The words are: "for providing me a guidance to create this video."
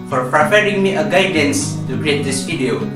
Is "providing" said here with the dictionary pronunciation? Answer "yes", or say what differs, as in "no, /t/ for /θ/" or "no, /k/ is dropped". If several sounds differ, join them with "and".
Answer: no, /p/ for /v/